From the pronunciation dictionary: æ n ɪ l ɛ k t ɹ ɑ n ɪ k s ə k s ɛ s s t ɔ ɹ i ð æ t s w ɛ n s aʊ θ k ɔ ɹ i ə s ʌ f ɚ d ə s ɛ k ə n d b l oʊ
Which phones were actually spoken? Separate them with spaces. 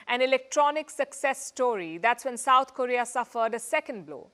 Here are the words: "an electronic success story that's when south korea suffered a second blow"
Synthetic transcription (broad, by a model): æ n ɪ l ɛ k t ɹ ɑ n ɪ k s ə k s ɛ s s t ɔ ɹ i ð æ t s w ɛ n s aʊ t k ɔ ɹ i ə s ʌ f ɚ d ə s ɛ k ə n d b l oʊ